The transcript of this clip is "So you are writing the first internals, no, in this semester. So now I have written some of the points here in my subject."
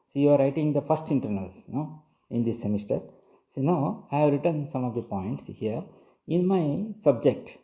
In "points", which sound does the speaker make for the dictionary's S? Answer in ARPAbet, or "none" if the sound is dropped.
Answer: S